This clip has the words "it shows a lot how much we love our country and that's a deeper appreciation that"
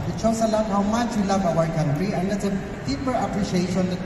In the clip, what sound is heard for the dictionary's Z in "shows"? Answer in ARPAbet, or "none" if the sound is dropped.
S